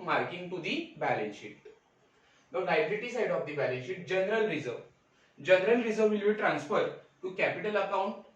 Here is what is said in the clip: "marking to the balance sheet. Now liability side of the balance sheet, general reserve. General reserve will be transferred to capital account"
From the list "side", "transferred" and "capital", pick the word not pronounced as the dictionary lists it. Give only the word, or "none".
none